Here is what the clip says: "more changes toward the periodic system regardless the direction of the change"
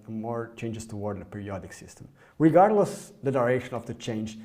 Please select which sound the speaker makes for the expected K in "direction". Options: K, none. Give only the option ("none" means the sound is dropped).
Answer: none